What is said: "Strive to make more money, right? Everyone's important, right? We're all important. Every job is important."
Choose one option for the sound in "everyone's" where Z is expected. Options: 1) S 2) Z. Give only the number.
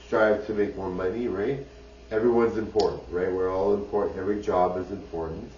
2